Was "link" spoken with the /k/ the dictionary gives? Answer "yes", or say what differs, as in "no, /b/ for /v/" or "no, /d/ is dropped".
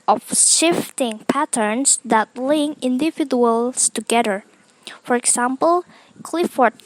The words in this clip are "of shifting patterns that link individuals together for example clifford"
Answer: no, /k/ is dropped